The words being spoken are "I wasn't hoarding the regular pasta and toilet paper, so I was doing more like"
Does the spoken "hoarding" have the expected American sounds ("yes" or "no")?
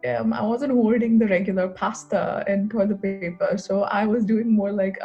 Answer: no